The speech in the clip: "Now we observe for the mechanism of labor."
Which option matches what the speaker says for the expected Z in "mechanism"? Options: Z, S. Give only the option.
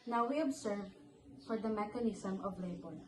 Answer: S